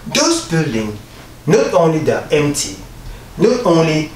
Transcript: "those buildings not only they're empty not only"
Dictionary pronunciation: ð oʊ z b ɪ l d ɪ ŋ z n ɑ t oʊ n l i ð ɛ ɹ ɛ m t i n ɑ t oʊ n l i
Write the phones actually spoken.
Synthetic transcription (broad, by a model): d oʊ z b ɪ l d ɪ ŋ n ɑ t oʊ n l i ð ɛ ɛ m t i n ɑ t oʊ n l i